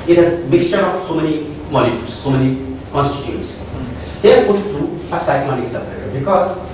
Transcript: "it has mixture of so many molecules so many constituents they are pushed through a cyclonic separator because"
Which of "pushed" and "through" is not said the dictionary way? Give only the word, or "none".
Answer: through